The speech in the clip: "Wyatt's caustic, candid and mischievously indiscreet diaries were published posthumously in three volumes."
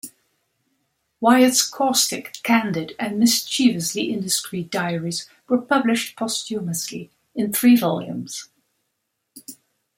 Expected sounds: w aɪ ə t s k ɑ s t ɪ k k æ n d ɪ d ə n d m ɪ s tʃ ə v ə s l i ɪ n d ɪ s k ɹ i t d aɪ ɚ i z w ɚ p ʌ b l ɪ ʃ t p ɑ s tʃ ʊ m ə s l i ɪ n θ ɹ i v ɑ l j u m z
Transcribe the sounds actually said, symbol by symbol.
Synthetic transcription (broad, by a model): w aɪ ə t s k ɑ s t ɪ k k æ n d ɪ d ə n m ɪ s tʃ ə v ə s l i ɪ n d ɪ s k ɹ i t d aɪ ɚ i z w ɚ p ʌ b l ɪ ʃ t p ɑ s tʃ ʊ m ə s l i ɪ n θ ɹ i v ɑ l j u m z